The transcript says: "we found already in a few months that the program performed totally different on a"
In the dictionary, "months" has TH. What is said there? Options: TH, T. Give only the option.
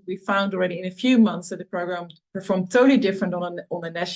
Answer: TH